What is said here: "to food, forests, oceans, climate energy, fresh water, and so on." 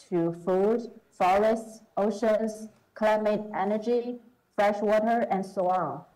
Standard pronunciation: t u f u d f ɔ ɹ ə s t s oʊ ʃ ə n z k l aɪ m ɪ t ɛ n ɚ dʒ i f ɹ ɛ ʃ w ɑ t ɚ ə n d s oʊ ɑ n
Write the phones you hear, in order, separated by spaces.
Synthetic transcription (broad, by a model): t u f u d f ɔ ɹ ə s t s oʊ ʃ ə n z k l aɪ m ɪ t ɛ n ɚ dʒ i f ɹ ɛ ʃ w ɑ t ɚ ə n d s oʊ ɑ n